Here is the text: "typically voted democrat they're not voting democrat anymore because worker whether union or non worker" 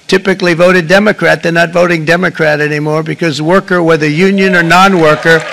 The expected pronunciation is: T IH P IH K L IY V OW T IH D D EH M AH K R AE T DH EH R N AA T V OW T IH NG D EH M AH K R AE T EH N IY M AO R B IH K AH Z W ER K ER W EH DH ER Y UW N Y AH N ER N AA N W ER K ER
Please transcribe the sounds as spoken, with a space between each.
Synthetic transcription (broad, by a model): T IH P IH K L IY V OW T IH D D EH M AH K R AE T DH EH N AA T V OW T IH NG D EH M AH K R AE T EH N IY M AO R B IH K AH Z W ER K ER W EH DH ER Y UW N Y AH N ER N AA N W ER K ER